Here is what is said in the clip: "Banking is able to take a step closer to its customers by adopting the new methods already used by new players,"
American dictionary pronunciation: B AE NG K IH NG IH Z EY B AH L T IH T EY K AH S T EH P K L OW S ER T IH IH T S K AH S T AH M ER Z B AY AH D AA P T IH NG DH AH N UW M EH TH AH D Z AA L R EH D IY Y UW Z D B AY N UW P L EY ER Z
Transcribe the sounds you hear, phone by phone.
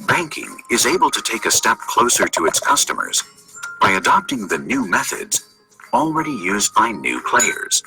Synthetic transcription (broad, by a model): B AE NG K IH NG IH Z EY B AH L T IH T EY K AH S T EH P K L OW S ER T IH IH T S K AH S T AH M ER Z B AY AH D AA P T IH NG DH AH N UW M EH TH AH D Z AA L R EH D IY Y UW Z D B AY N UW P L EY ER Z